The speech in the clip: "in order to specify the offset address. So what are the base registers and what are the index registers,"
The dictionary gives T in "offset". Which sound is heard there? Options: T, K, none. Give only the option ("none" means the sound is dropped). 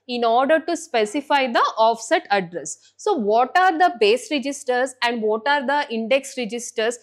T